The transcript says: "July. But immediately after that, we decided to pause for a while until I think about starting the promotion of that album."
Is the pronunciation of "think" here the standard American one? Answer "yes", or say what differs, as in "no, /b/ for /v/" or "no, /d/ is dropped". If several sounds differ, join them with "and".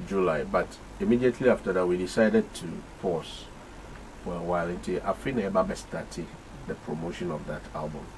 no, /f/ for /θ/